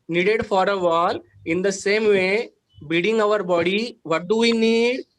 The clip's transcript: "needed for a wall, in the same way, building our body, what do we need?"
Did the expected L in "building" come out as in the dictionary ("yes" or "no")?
no